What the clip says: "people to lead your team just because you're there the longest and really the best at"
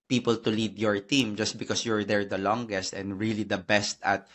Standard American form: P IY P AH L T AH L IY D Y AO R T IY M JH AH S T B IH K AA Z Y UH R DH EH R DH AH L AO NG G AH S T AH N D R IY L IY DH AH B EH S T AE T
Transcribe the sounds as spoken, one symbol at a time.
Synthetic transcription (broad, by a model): P IY P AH L T AH L IY D Y AO R T IY M JH AH S T B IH K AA S Y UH R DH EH R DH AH L AO NG G AH S T AH N D R IY L IY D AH B EH S T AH T